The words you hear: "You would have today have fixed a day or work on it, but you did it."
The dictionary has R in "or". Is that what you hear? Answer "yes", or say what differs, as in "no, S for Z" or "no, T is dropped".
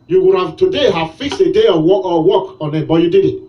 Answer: no, W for R